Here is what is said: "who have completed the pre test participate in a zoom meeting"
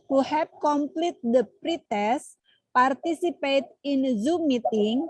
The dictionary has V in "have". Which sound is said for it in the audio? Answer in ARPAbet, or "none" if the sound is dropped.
P